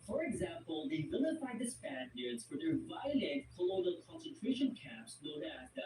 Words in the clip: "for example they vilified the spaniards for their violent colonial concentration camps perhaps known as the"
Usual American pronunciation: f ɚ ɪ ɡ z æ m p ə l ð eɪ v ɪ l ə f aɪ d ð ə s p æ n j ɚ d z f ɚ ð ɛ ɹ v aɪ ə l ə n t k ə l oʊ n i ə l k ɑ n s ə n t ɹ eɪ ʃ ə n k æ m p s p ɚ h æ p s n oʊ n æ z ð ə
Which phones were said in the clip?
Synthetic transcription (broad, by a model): f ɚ ɪ ɡ z æ m p ə l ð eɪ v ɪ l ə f aɪ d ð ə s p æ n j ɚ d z f ɚ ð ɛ ɹ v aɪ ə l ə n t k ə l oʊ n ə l k ɑ n s ə n t ɹ eɪ ʃ ə n k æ p s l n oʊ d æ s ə